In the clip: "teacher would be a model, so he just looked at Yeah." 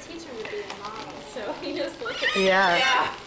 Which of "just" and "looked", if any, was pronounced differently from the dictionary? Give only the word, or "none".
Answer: looked